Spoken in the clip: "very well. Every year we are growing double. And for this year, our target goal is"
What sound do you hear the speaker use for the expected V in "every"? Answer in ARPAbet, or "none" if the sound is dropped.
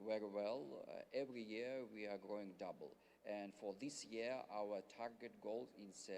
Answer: V